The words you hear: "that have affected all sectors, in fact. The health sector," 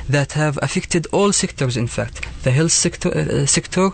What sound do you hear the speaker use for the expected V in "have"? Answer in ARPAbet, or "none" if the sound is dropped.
V